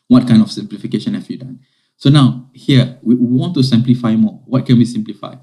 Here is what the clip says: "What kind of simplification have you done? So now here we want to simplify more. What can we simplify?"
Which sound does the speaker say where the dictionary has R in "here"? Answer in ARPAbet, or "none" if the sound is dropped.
W